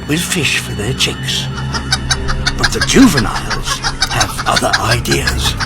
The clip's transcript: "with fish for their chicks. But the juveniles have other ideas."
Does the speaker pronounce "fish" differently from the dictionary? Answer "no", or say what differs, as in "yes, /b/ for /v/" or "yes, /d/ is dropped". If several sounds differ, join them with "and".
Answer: no